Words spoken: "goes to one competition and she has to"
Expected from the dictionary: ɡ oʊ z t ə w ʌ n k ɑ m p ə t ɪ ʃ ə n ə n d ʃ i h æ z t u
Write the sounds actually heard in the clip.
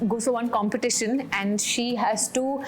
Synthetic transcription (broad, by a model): ɡ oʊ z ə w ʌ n k ɑ m p ə t ɪ ʃ ə n ə n d ʃ i h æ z t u